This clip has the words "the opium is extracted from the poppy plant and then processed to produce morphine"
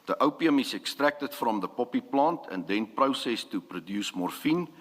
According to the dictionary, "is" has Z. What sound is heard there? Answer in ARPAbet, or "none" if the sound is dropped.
S